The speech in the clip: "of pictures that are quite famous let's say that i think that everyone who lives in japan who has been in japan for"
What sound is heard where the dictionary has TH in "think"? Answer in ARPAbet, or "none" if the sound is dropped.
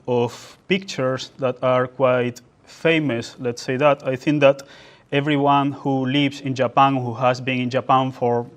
TH